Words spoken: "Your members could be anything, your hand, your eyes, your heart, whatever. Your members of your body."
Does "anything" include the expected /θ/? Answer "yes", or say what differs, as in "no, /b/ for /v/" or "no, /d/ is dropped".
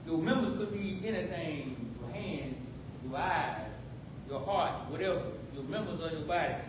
no, /t/ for /θ/